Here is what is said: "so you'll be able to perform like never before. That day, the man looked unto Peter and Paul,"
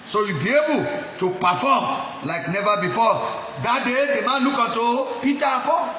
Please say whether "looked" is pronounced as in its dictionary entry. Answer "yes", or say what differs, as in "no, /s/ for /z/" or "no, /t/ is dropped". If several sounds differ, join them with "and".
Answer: no, /t/ is dropped